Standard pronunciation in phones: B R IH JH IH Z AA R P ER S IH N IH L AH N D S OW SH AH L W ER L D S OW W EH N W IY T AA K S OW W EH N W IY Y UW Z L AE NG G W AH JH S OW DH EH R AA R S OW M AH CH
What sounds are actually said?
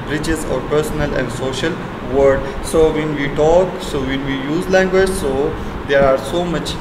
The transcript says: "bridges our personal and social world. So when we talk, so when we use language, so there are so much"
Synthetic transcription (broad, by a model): B R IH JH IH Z AA R P ER S IH N IH L AH N D S OW SH AH L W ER D S OW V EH N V IY T AA K S OW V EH N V IY Y UW Z L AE NG G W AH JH S OW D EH R AA R S OW M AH CH